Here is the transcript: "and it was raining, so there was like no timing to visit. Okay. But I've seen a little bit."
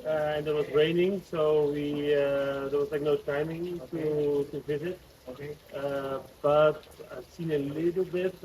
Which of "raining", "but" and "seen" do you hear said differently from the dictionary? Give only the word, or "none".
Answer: none